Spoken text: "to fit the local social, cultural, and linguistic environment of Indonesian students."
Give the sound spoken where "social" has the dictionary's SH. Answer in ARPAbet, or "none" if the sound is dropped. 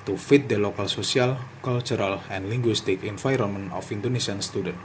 S